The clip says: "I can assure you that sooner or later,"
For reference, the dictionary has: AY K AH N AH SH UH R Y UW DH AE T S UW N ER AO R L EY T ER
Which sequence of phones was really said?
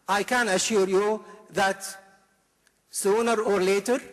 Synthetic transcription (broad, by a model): AY K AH N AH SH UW R Y UW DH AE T S UW N ER AO R L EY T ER